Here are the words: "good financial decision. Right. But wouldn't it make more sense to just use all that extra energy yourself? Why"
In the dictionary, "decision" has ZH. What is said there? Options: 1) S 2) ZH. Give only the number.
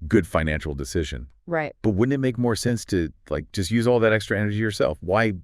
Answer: 2